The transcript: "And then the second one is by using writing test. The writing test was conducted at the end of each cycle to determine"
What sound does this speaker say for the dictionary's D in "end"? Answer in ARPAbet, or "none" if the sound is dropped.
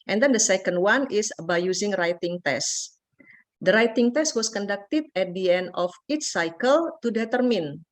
D